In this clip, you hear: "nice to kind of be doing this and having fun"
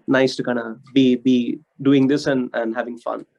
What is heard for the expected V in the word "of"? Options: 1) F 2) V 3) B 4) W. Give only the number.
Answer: 3